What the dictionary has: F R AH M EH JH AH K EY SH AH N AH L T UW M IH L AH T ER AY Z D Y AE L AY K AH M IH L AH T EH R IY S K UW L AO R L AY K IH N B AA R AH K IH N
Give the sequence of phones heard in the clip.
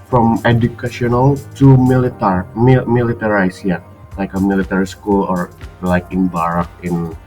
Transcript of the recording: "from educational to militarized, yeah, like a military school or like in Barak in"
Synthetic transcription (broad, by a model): F R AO M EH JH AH K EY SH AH N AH L T UW M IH L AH T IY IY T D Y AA L AY K AH M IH L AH T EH R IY S K UW L AO R L AY K IH N B AA R AH K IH N